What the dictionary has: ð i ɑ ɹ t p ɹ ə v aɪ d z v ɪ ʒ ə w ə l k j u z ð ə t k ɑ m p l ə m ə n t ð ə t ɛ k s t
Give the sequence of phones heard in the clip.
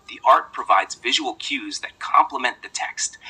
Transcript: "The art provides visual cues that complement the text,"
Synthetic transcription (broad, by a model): ð i ɑ ɹ t p ɹ ə v aɪ d z v ɪ ʒ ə w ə l k j u z ð ə t k ɑ m p l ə m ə n ð ə t ɛ k s t